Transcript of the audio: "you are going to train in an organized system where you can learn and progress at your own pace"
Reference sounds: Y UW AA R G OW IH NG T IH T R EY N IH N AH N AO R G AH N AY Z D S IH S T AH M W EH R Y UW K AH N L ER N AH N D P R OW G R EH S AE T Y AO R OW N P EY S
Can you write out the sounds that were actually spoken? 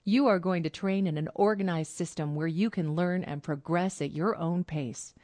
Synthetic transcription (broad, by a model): Y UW AA R G OW IH NG T IH T R EY N IH N AH N AO R G AH N AY Z D S IH S T AH M W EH R Y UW K AH N L ER N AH N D P R OW G R EH S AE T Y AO R OW N P EY S